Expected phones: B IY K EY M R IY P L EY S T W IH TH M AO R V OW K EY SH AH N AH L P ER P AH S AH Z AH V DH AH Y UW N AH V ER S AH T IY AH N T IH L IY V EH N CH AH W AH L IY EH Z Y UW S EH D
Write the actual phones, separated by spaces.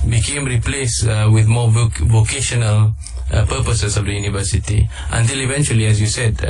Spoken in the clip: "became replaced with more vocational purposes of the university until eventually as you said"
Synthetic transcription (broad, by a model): B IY K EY M R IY P L EY S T W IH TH M AO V V OW K EY SH AH N AH L P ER P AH S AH S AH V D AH Y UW N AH V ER S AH T IY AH N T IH L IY V EH N CH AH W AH L IY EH S Y UW S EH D